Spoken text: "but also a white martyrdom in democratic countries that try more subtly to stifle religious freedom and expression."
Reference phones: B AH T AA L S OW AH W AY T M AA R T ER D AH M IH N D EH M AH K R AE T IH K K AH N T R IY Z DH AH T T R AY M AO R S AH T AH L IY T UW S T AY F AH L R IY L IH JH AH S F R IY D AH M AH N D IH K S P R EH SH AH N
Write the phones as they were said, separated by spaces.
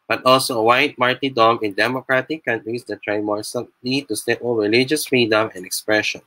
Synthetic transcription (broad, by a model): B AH T AA L S OW AH W AY T M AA R T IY D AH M IH N D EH M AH K R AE T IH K K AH N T R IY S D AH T T R AY M AO R S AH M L IY T UW S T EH P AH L R IY L IH JH AH S F R IY D AH M AH N D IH K S P R EH SH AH N